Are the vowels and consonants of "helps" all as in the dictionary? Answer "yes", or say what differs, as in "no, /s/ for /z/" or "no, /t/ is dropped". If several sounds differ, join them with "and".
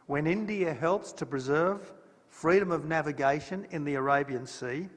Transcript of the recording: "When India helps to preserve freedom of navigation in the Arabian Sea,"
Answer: yes